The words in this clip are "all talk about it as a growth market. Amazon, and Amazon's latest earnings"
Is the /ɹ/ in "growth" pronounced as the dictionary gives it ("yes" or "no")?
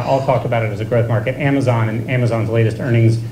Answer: yes